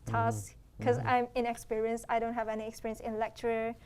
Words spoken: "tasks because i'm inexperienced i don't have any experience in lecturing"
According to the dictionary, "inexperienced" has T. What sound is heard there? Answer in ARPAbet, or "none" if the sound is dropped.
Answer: none